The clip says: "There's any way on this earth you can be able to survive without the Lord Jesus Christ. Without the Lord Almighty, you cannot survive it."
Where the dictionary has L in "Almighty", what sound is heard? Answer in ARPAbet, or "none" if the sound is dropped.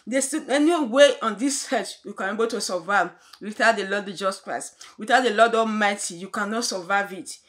none